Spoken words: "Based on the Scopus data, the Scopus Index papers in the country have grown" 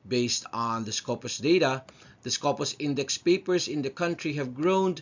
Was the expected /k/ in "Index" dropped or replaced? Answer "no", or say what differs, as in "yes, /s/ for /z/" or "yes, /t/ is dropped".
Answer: no